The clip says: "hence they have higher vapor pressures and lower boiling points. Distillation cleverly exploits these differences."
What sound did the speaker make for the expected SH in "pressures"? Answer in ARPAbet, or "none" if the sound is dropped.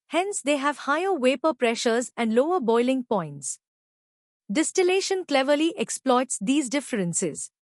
SH